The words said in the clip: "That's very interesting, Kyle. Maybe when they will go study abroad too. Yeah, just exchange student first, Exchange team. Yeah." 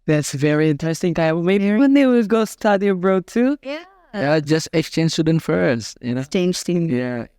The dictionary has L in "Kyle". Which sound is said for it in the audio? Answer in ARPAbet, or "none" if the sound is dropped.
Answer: W